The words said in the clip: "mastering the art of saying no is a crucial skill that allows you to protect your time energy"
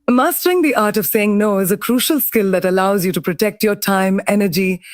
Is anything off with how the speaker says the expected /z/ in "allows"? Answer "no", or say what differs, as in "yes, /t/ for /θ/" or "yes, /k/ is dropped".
no